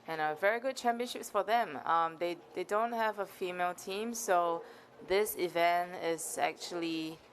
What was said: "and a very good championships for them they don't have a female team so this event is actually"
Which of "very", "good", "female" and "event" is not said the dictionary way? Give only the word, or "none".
none